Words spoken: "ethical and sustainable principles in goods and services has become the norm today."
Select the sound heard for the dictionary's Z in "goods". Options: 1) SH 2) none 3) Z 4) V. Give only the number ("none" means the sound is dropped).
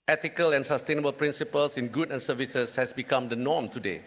2